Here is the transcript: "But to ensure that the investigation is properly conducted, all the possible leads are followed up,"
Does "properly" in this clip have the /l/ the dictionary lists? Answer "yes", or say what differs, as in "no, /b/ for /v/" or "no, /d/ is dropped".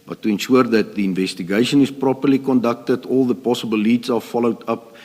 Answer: yes